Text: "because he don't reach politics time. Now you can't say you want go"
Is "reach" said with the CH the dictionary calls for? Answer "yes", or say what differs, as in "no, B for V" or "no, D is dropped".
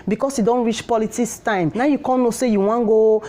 yes